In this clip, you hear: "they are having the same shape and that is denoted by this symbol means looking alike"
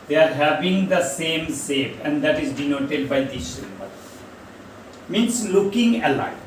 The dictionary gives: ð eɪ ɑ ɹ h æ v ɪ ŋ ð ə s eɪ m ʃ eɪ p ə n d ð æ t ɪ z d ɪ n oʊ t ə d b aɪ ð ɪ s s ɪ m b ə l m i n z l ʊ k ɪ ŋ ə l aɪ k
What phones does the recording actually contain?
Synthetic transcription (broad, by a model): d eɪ ɑ ɹ h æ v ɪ ŋ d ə s eɪ m s eɪ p ə n d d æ t ɪ z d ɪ n oʊ t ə d b aɪ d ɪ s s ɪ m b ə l m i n s l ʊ k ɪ ŋ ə l aɪ